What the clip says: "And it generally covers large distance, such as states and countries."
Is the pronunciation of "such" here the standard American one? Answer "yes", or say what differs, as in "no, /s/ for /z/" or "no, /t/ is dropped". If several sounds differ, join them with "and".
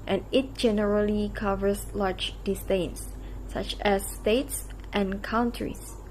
yes